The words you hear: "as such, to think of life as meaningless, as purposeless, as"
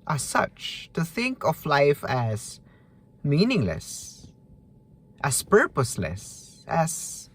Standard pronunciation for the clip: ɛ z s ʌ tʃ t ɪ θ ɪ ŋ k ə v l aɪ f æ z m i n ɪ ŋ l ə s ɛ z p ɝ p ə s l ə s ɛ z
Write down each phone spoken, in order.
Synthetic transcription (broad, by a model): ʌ s ʌ tʃ t ɪ θ ɪ ŋ k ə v l aɪ f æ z m i n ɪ ŋ l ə s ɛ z p ɝ p ə s l ə s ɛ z